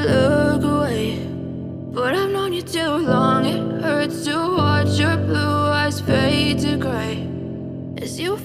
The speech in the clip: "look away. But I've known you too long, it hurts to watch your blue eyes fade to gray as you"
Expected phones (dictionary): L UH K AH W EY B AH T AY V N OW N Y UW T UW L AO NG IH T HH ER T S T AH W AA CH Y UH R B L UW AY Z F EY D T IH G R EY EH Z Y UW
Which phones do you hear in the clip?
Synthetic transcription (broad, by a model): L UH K AH W EY B AH T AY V N OW N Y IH T UW L AO NG IH T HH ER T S T AH W AA CH Y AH R B L UW AY Z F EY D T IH G R EY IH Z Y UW